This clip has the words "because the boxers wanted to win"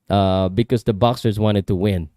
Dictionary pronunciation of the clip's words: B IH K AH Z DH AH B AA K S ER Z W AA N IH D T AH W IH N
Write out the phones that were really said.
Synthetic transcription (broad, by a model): B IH K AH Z DH AH B AA K S ER Z W AA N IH D T AH W IH N